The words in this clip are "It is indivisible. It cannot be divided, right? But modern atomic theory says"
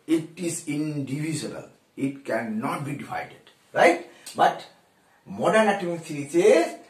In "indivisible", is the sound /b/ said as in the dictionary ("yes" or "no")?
no